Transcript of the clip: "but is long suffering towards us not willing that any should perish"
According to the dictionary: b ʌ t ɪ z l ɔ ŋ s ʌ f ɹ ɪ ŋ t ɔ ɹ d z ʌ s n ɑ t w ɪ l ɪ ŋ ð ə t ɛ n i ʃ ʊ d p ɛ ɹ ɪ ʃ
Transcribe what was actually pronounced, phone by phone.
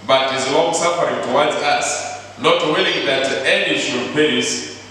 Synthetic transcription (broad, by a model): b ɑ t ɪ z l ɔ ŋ s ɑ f ɹ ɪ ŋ t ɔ w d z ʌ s n ɑ t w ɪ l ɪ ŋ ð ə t ɛ n i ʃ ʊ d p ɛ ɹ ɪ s